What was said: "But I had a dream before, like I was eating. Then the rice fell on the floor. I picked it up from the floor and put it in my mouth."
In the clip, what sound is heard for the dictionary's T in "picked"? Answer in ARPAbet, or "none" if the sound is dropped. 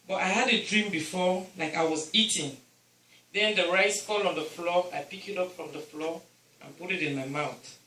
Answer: none